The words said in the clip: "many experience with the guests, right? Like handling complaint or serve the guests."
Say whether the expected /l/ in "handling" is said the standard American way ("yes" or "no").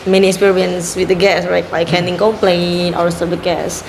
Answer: no